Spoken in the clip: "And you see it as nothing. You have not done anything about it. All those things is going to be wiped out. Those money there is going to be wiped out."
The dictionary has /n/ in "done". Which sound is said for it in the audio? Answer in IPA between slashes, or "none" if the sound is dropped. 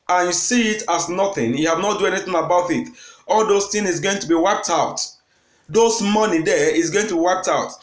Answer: none